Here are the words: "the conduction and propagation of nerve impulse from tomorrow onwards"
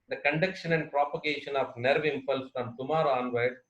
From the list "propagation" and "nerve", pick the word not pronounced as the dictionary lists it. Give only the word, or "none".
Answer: none